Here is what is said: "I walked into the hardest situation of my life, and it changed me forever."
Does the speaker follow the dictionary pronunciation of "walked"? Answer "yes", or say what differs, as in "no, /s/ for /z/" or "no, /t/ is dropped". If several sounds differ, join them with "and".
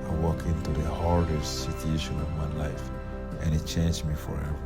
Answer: no, /t/ is dropped